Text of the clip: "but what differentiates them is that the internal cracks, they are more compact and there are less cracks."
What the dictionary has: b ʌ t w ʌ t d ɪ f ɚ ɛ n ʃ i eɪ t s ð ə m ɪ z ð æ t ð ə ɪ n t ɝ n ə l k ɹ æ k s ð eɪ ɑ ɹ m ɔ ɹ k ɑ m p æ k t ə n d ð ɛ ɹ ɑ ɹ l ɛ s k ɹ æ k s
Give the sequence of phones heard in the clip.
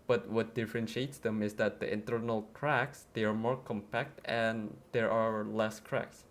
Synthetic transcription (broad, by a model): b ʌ t w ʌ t d ɪ f ɚ ɛ n ʃ i eɪ t s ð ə m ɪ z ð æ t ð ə ɪ n t ɝ n ə l k ɹ æ k s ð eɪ ɑ ɹ m ɔ ɹ k ɑ m p æ k t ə n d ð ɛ ɹ ɑ ɹ l ɛ s k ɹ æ k s